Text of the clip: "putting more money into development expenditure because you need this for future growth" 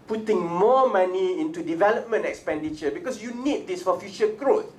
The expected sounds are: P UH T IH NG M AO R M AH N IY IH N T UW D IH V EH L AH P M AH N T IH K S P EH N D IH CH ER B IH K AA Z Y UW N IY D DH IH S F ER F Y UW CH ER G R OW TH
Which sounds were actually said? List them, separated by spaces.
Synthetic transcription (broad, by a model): P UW T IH NG M AO M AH N IY IH N T UW D IH V EH L AH P M AH N T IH K S P EH N D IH CH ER B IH K AA S Y UW N IY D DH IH S F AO F Y UW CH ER G R OW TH